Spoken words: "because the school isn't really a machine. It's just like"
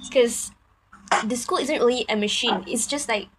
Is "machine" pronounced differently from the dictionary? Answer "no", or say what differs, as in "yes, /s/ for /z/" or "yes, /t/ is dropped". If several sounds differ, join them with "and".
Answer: no